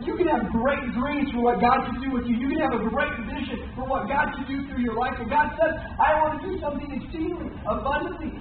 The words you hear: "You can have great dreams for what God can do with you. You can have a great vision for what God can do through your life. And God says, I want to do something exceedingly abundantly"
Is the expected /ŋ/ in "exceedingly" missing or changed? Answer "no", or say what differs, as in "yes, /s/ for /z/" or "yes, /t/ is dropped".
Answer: yes, /ŋ/ is dropped